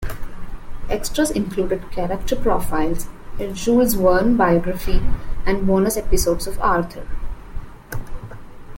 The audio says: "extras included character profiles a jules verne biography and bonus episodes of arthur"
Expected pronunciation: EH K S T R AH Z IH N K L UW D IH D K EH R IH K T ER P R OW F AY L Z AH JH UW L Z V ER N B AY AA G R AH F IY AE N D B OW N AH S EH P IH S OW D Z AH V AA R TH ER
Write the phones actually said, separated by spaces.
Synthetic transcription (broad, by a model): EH K S T R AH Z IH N K L UW D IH D K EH R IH K T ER P R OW F AY L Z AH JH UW Z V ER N B AY AA G R AH F IY AE N D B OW N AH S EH P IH S OW D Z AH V AA R T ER